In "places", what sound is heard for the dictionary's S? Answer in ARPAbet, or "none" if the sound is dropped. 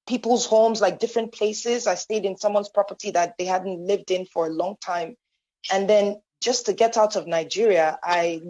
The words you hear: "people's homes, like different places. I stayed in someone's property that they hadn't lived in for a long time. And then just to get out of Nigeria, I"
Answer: S